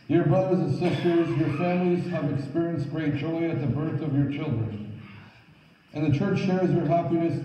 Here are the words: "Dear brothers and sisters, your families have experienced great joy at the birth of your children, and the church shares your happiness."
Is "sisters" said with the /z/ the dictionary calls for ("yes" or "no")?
yes